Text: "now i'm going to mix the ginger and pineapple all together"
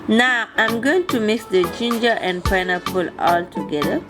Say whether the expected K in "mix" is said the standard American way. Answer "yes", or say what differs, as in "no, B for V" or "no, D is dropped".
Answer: yes